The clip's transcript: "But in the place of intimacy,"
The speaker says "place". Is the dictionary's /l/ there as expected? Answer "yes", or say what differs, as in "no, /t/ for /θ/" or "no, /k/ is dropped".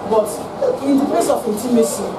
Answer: no, /l/ is dropped